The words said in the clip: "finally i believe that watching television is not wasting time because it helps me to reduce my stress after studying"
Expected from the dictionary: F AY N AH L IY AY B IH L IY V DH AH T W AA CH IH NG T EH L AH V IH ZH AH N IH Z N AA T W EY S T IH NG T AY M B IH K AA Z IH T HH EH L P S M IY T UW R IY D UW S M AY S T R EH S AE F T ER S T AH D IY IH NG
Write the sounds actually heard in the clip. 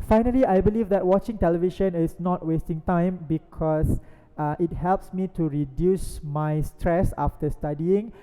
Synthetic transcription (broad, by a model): F AY N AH L IY AY B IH L IY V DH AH T W AA CH IH NG T EH L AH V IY SH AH N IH S N AA T W EY S T IH NG T AY M B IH K AA S IH T HH EH L P S M IY T UW R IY D UW S M AY S T R EH S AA F T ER S T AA D IY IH NG